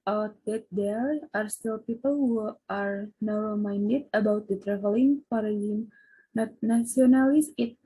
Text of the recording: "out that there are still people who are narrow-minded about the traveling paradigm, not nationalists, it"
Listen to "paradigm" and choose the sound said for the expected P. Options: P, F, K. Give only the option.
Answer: F